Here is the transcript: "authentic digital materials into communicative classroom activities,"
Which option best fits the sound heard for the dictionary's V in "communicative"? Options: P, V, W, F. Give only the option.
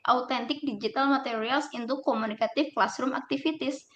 F